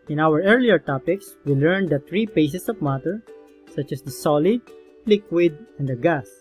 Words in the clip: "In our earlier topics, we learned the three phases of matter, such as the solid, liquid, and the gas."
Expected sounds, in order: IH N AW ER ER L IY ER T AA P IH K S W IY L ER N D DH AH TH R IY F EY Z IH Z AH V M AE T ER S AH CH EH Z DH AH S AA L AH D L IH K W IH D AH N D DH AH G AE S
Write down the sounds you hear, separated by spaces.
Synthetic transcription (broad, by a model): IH N AW ER ER L IY ER T AA P IH K S W IY L ER N D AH T R IY P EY S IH S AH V M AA T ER S AH CH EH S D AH S AA L AH D L IH K W IH D AH N D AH G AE S